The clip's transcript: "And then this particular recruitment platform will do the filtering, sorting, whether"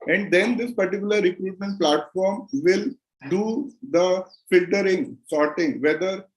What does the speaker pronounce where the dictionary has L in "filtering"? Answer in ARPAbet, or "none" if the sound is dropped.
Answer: L